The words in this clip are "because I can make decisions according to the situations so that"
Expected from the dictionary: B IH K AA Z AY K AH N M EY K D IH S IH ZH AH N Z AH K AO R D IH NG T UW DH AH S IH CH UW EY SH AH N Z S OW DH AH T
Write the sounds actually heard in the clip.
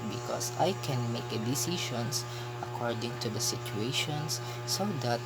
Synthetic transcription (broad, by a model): B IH K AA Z AY K AH N M EY K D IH S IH SH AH N S AH K AO R D IH NG T UW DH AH S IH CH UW EY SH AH N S S OW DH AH T